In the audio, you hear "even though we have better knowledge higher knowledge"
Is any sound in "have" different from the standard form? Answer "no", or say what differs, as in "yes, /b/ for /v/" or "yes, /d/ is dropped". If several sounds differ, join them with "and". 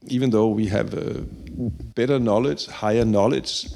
no